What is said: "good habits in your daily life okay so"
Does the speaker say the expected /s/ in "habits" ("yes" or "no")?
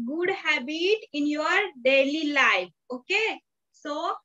no